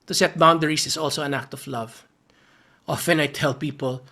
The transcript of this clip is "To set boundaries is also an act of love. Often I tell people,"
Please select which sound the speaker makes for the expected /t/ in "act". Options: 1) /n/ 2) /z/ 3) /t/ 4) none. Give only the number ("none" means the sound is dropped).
3